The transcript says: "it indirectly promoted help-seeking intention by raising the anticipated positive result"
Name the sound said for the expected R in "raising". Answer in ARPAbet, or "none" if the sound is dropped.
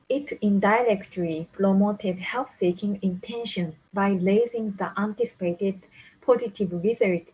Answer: L